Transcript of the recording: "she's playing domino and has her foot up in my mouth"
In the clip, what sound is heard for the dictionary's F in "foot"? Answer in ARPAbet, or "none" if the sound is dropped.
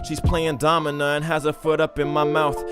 F